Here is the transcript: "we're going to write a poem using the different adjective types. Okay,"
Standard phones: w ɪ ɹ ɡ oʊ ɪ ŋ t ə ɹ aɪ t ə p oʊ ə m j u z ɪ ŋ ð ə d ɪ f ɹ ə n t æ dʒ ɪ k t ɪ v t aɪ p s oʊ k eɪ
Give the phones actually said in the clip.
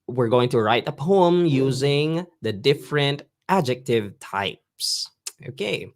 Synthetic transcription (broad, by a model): w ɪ ɹ ɡ oʊ ɪ ŋ t ə ɹ aɪ t ə p oʊ ə m j u z ɪ ŋ ð ə d ɪ f ɹ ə n t æ dʒ ɪ k t ɪ v t aɪ p s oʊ k eɪ